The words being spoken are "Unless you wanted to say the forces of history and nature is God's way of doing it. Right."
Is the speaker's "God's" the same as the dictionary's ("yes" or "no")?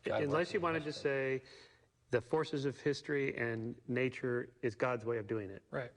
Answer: yes